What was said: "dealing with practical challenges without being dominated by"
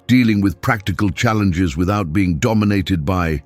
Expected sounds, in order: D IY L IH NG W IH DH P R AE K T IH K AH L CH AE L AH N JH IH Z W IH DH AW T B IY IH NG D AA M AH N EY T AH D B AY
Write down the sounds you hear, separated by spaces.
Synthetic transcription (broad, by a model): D IY L IH NG W IH DH P R AE K T IH K AH L CH AE L AH N JH IH Z W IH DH AW T B IY IH NG D AA M AH N EY T AH D B AY